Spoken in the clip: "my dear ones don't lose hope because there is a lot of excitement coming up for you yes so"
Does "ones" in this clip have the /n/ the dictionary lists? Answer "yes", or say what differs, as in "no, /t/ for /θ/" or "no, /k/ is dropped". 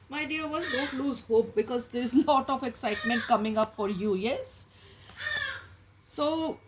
no, /n/ is dropped